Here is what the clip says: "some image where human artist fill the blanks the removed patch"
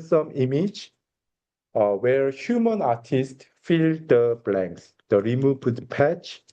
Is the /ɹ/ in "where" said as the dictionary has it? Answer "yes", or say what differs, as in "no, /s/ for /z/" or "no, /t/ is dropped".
yes